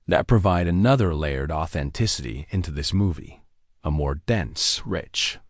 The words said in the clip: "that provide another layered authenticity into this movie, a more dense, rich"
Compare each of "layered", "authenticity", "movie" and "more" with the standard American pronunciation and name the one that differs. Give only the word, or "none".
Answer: none